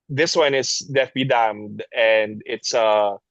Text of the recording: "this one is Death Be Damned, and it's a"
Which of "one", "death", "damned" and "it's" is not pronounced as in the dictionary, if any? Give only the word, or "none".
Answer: death